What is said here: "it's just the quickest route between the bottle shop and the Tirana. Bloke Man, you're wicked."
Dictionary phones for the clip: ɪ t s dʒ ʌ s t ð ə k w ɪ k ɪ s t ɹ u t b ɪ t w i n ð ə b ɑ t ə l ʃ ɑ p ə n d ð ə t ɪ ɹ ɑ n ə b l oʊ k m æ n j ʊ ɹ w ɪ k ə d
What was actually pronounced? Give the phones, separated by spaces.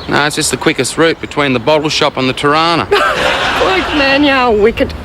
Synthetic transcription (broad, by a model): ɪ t s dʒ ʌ s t ð ə k w ɪ k ɪ s t ɹ u t b ɪ t w i n ð ə b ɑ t l ʃ ɑ p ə n ð ə t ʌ ɹ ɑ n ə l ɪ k m æ n j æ w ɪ k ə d